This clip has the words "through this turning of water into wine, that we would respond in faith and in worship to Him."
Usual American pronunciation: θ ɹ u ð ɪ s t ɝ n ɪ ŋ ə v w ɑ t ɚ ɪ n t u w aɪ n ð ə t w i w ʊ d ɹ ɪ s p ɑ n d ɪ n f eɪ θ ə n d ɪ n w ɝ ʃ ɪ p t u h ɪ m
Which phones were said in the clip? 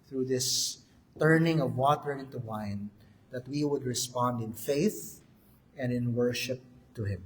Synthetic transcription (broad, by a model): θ ɹ u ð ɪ s t ɝ n ɪ ŋ ə v w ɑ t ɚ ɪ n t u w aɪ n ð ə t w i w ʊ d ɹ ɪ s p ɑ n d ɪ n f eɪ θ ə n d ɪ n w ɝ ʃ ɪ p t u h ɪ m